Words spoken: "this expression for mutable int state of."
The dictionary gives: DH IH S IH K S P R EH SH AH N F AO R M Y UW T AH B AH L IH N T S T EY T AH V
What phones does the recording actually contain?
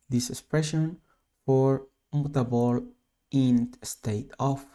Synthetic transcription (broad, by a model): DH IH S IH K S P R EH SH AH N F AO R M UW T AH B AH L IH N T S T EY T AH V